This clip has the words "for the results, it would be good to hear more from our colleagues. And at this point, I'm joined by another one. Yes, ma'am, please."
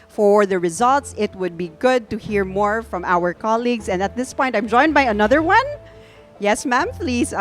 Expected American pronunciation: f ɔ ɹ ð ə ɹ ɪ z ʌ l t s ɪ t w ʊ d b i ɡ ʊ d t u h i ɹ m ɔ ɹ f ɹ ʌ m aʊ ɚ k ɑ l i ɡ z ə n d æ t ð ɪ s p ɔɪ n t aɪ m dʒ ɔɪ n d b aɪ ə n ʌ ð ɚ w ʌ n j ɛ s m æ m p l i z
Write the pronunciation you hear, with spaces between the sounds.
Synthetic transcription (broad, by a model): f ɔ ɹ ð ə ɹ ɪ z ʌ l t s ɪ t w ʊ d b i ɡ ʊ d t u h i ɹ m ɔ ɹ f ɹ ʌ m aʊ ɚ k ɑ l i ɡ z ə n d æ t ð ɪ s p ɔɪ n t aɪ m dʒ ɔɪ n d b aɪ ə n ʌ ð ɚ w ʌ n j ɛ s m æ m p l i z